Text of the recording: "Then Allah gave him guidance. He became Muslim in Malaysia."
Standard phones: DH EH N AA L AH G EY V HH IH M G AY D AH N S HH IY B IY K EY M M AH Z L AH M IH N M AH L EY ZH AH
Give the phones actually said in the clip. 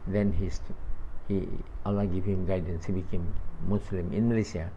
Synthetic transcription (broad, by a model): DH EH N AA L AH G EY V HH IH M G AY D AH N S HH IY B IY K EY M M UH S L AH M IH N M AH L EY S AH